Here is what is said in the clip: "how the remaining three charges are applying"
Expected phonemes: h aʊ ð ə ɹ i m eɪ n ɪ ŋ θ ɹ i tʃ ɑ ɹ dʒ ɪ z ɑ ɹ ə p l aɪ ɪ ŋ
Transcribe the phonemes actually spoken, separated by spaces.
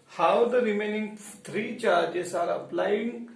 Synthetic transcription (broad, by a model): h aʊ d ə ɹ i m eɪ n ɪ ŋ t ɹ i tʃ ɑ ɹ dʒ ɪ s ɑ ɹ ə p l aɪ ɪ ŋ